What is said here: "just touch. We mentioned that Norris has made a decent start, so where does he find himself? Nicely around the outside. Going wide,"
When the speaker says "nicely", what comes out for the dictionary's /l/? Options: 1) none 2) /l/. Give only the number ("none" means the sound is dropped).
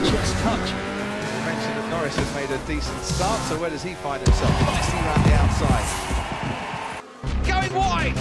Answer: 1